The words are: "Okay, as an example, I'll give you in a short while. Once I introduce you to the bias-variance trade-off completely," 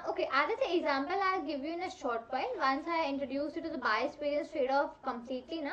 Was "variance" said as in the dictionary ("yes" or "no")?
no